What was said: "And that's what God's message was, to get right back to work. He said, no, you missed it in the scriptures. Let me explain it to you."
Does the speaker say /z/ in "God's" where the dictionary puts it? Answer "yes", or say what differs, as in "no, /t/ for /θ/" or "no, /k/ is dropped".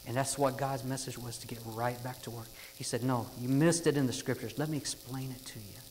yes